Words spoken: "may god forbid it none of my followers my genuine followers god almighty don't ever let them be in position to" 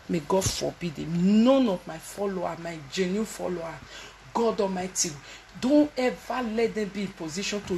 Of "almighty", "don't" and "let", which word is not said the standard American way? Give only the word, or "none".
almighty